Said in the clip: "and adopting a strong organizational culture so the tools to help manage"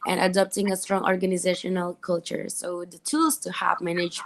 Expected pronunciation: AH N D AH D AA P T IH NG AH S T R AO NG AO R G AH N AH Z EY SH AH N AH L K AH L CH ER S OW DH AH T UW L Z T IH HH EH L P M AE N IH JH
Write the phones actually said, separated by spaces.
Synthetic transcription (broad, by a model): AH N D AH D AA P T IH NG AH S T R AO NG AO R G AH N AH Z EY SH AH N AH L K AH L CH ER S OW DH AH T UW L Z T IH HH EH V M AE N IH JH